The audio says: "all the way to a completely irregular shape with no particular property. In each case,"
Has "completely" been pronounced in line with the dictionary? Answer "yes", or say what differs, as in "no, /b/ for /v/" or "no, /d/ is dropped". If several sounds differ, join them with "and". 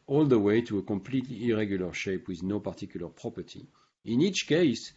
yes